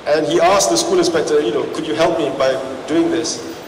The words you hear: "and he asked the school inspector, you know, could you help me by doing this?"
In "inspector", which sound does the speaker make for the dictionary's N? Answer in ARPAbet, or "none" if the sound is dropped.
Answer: none